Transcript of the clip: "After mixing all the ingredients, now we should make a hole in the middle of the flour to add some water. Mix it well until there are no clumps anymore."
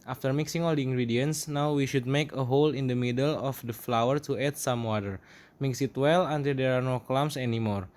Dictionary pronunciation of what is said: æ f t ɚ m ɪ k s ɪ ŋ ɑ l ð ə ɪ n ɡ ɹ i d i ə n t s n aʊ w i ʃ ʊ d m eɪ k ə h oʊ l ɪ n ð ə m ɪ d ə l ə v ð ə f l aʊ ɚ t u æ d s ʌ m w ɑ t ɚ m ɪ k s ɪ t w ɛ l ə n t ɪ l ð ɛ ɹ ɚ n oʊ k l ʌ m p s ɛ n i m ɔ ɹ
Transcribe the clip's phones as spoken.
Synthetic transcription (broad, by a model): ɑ f t ɚ m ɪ k s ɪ ŋ ɑ l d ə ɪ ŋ ɡ ɹ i d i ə n s n aʊ w i ʃ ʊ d m eɪ k ə h oʊ l ɪ n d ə m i d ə l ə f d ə f l aʊ ɚ t u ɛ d s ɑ m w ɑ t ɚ m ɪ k s ɪ t w ɛ l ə n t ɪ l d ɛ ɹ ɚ n oʊ k l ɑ m s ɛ n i m ɔ ɹ